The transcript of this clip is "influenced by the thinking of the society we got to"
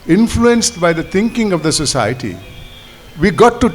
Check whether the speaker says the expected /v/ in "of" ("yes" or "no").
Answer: yes